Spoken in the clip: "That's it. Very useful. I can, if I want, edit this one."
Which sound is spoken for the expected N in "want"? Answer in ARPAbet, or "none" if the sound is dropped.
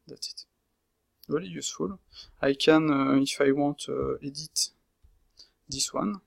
none